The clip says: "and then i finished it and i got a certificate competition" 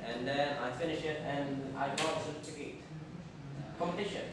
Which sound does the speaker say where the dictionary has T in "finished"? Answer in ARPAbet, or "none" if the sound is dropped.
none